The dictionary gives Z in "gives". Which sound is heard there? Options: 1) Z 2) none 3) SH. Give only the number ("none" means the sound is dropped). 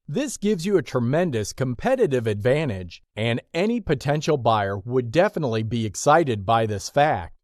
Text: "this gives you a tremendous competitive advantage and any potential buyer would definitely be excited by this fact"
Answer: 1